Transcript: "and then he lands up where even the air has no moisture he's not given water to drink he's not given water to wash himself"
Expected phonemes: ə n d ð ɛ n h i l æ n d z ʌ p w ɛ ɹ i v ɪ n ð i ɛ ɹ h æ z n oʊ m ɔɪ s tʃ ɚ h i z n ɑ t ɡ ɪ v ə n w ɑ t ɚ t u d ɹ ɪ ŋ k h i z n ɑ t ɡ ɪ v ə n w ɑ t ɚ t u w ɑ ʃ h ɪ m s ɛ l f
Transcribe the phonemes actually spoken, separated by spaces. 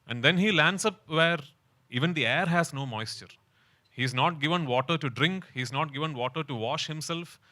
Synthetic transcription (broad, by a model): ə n d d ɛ n h i l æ n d s ʌ p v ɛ ɹ i v ɪ n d i ɛ ɹ h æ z n oʊ m ɔɪ s tʃ ɚ h i z n ɑ t ɡ ɪ v ə n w ɑ t ɚ t u d ɹ ɪ ŋ k h i z n ɑ t ɡ ɪ v ə n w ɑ t ɚ t u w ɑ ʃ h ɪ m s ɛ l f